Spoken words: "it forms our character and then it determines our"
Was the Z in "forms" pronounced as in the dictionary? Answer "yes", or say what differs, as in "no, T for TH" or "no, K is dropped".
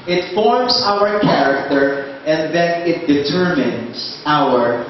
no, S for Z